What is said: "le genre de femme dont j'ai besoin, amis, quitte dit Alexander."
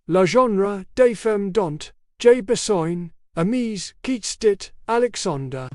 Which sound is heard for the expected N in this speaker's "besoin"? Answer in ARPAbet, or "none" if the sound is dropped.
N